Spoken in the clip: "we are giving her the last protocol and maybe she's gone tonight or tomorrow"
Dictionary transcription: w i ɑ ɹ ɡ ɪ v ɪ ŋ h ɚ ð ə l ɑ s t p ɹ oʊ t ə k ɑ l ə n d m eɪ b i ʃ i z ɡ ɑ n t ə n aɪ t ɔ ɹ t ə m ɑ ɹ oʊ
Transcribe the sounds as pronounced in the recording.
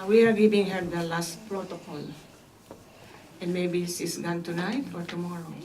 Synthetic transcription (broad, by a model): w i ɑ ɹ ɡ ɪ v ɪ ŋ h ɚ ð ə l ɑ s t p ɹ oʊ t ə k ɑ l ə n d m eɪ b i s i s ɡ ɑ n t ə n aɪ t ɔ ɹ t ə m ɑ ɹ oʊ